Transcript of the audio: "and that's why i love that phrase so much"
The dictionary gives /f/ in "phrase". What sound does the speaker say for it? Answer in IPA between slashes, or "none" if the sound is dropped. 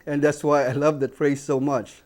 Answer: /p/